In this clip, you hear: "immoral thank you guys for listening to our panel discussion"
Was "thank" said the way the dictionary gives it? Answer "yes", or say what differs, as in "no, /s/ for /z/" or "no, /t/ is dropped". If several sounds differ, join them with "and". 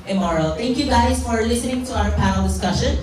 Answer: no, /t/ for /θ/